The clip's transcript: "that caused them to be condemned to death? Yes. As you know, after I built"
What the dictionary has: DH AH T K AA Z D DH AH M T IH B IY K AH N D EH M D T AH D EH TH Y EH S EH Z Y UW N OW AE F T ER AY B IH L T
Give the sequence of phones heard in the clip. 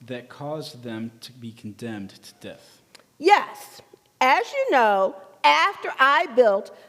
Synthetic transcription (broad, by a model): DH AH T K AA Z DH AH M T IH B IY K N D EH M D T AH D EH TH Y EH S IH Z Y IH N OW AE F T ER AY B IH L T